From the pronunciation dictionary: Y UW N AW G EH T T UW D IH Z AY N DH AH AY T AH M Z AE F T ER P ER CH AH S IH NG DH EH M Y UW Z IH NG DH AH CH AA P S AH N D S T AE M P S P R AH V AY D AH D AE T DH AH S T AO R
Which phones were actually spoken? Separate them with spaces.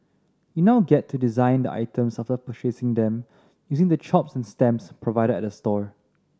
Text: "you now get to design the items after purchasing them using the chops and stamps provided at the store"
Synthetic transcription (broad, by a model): Y UW N AW G EH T T UW D IH Z AY N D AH AY T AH M S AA F T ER P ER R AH S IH NG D EH M Y UW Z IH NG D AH CH AA P S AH N S T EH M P S P R AH V AY D AH D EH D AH S T AO R